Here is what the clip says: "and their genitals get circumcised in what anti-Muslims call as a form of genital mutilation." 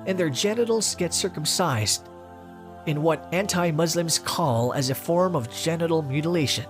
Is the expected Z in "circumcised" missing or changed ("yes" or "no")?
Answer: no